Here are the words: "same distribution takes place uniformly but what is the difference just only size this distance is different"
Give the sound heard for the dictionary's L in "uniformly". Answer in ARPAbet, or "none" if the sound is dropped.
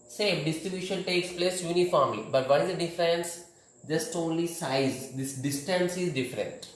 none